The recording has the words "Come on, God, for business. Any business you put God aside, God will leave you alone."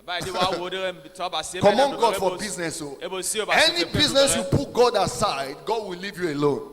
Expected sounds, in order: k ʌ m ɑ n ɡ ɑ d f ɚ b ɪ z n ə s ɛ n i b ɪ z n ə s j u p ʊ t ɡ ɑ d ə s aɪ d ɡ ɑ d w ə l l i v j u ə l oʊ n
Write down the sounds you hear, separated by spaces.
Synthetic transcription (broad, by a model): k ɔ m ɑ n ɡ ɑ d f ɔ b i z n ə s ɛ n i b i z n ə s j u p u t ɡ ɑ d ə s aɪ d ɡ ɑ d w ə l l i v j u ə l oʊ n